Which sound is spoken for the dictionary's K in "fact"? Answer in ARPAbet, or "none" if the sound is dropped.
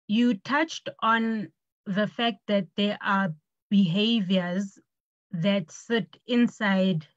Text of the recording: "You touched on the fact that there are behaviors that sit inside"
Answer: K